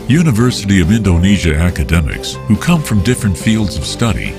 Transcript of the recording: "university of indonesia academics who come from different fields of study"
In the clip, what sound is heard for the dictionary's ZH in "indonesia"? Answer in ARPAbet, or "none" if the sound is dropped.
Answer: ZH